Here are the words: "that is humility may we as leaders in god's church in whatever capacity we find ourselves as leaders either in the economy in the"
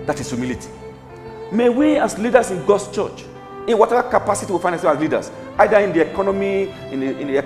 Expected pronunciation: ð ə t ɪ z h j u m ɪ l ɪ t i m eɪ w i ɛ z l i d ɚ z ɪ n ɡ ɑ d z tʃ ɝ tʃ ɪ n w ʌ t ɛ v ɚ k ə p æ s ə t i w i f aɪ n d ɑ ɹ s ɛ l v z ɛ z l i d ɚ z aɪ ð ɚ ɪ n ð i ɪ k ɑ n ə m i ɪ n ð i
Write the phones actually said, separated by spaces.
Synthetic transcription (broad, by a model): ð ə t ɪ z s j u m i l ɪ t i m eɪ w i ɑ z l i d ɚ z ɪ n ɡ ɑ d s tʃ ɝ tʃ ɪ n w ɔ t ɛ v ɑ k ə p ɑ s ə t i w i f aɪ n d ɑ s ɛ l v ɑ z l i d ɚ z aɪ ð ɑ ɪ n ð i ɪ k ɑ n ə m i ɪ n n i